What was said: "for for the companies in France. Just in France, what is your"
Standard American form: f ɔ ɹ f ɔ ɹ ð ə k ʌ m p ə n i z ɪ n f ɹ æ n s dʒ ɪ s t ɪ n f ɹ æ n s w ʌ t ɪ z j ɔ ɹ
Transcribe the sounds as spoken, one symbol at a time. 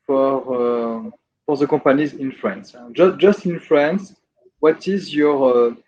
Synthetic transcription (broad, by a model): f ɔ ɹ f ɔ ɹ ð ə k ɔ p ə n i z ɪ n f ɹ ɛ n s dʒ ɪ s t ɪ n f ɹ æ n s w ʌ t ɪ z j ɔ ɹ